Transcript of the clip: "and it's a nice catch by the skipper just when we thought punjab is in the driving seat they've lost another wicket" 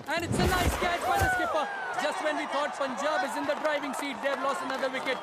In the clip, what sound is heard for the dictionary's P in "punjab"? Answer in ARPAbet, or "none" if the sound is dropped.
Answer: F